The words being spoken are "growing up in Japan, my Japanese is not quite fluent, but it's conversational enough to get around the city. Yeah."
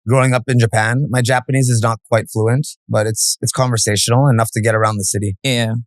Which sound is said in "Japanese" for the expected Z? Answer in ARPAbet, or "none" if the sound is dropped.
Z